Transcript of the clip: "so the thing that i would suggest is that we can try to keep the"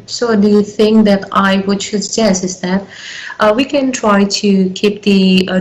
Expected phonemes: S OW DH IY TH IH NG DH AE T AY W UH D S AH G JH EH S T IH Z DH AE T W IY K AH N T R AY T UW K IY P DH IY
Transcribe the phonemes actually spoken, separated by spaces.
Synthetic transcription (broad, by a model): S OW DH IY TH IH NG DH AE T AY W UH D SH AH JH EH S IH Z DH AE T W IY K AH N T R AY T UW K IY P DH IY